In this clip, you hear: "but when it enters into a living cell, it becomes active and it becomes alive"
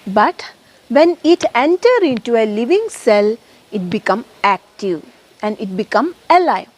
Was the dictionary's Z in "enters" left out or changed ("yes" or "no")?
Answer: yes